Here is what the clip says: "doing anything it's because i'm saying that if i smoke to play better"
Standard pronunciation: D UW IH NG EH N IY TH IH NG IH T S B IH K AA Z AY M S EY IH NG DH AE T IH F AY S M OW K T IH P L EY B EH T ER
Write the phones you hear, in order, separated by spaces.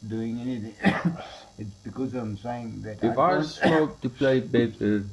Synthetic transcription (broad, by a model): D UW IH NG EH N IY T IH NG IH T S B IH K AA Z AY M S EY IH NG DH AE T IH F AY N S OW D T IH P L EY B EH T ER